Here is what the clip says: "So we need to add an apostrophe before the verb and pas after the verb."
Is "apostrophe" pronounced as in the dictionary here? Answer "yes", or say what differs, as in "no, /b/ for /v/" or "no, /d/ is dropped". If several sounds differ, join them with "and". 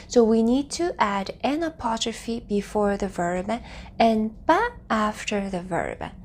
no, /s/ is dropped